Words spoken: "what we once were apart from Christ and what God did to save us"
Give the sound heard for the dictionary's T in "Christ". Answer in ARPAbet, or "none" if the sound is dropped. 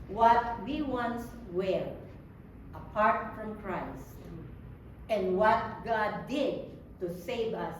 T